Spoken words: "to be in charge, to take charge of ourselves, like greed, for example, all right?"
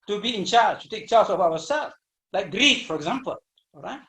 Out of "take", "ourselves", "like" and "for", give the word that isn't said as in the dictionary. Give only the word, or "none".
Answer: ourselves